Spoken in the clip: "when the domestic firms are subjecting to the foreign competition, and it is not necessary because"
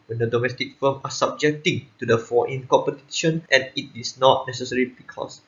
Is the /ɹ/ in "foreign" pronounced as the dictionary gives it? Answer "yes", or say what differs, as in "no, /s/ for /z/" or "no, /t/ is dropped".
no, /ɹ/ is dropped